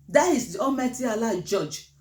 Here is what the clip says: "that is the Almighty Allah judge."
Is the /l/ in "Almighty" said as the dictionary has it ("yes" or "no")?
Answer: no